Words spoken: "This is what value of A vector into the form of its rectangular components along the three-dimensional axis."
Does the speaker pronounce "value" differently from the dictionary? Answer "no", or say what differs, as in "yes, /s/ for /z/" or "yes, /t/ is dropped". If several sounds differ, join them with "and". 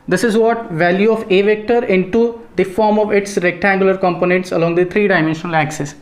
no